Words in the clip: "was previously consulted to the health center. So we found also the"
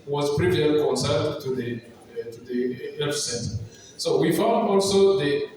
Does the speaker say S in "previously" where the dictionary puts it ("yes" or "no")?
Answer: no